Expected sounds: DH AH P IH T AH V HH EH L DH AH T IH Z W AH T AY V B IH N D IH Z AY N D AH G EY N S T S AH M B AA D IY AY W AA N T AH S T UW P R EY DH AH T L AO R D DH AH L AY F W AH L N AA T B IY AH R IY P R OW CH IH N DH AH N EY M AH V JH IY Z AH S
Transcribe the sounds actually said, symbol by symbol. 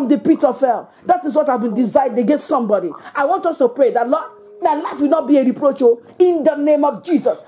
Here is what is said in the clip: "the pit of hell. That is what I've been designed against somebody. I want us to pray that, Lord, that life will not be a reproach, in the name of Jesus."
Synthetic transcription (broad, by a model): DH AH P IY T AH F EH L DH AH T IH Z W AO T AY V B IH N D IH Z AY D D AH G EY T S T S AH M B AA D IY AY W AA N T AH S T UW P R EY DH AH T L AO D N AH L AY F W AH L N AA T B IY AH R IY P R OW CH IH N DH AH N EY M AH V JH IY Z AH S